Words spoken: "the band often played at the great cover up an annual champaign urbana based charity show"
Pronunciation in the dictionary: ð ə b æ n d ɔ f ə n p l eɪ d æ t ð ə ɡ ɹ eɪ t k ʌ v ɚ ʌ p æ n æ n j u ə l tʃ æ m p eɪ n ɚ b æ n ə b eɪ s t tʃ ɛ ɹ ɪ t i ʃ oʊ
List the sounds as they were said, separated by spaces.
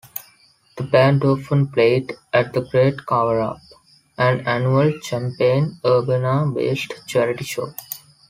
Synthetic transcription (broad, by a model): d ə b æ n d ɔ f ə n p l eɪ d æ t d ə ɡ ɹ eɪ t k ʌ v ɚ ʌ p æ n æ n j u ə l tʃ æ m p eɪ n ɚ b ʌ n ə b eɪ s t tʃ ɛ ɹ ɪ t i ʃ oʊ